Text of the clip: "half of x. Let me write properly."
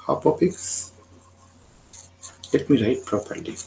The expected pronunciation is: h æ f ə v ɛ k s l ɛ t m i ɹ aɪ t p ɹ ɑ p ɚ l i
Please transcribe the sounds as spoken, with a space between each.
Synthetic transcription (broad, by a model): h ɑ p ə p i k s l ɛ t m i ɹ aɪ t p ɹ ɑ p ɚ l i